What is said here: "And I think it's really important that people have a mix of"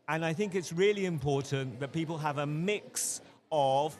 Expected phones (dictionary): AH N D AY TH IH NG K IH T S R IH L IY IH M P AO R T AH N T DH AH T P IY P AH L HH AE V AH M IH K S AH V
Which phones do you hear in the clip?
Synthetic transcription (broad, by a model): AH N AY TH IH NG K IH T S R IH L IY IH M P AO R T N DH AH T P IY P AH L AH V AH M IH K S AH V